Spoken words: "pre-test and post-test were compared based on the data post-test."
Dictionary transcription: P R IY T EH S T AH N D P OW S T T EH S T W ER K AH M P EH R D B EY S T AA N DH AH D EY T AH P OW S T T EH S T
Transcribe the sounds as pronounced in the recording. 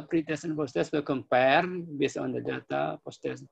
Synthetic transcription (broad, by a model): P R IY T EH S AH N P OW S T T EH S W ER K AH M P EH R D B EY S AA N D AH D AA T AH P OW S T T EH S